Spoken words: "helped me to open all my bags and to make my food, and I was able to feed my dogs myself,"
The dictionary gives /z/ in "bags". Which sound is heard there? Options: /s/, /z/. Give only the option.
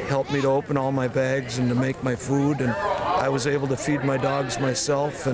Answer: /z/